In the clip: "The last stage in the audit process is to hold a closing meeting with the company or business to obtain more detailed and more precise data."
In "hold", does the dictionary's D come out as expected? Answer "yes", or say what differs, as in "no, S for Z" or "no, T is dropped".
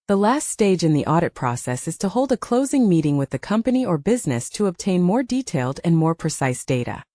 yes